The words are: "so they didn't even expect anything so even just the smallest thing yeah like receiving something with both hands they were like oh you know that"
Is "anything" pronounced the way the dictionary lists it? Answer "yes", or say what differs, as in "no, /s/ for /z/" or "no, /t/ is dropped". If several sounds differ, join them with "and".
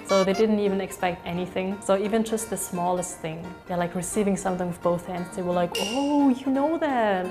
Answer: yes